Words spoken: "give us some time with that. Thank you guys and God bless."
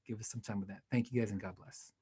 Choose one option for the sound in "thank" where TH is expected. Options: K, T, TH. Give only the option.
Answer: TH